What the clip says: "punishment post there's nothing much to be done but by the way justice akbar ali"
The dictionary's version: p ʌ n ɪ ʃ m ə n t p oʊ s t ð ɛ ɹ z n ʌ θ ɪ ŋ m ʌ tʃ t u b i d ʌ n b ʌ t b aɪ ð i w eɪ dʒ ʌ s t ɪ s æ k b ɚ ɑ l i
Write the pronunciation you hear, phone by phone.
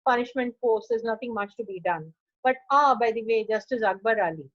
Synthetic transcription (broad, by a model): p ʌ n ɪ ʃ m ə n t f oʊ t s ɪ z n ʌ t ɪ ŋ m ʌ tʃ t u b i d ʌ n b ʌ t b aɪ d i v eɪ dʒ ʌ s t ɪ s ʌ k b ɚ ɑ l i